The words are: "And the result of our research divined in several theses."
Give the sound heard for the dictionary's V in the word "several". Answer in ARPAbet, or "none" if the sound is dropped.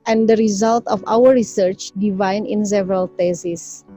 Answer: V